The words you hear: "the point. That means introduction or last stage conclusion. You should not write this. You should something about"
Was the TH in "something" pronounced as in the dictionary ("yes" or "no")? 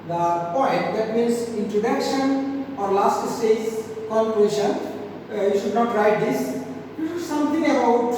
no